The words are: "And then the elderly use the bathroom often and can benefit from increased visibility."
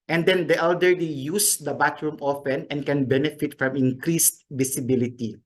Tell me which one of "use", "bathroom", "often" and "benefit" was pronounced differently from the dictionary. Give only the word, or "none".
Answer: bathroom